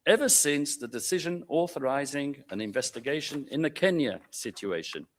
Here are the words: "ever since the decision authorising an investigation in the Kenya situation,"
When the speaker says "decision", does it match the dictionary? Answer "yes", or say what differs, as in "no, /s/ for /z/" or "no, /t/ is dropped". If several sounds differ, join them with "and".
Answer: yes